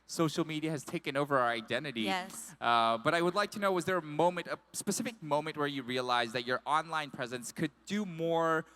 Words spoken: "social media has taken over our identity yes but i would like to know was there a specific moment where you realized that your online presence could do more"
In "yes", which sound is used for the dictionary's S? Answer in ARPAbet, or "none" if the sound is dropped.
none